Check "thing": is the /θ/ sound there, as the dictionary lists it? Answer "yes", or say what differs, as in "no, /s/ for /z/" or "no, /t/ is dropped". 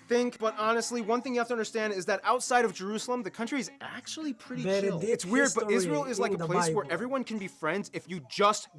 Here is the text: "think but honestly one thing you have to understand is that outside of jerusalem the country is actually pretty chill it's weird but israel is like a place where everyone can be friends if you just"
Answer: yes